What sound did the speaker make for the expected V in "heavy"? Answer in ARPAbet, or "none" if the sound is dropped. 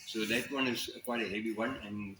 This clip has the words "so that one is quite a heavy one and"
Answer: B